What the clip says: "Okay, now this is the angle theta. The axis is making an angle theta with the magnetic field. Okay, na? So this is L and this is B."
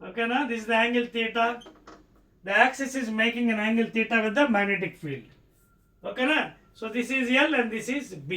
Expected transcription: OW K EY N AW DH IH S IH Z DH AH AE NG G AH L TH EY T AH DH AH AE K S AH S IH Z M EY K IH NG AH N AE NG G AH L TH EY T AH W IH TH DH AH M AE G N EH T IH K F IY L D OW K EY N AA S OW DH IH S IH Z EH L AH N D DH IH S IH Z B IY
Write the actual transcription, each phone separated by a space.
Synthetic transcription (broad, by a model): OW K EY N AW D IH S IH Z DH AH AE NG G AH L T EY T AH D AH AE K S AH S IH Z M EY K IH NG AH N AE NG G AH L T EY T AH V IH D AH M AE G N EH T IH K F IY L D OW K EY N AA S OW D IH S IH Z EH L AH N D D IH S IH Z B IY